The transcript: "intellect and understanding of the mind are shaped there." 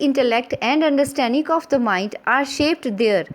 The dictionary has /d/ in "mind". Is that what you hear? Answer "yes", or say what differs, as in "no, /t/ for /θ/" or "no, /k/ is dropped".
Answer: yes